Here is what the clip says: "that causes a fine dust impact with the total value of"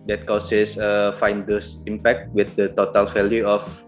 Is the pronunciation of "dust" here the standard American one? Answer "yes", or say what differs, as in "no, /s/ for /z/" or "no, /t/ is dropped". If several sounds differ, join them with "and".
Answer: no, /t/ is dropped